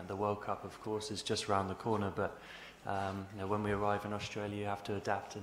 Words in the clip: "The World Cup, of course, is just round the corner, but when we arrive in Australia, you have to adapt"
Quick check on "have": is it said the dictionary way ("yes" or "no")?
no